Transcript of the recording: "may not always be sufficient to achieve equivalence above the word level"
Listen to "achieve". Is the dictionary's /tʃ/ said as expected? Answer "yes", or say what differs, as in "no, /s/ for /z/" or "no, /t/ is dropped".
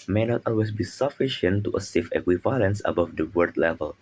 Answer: no, /s/ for /tʃ/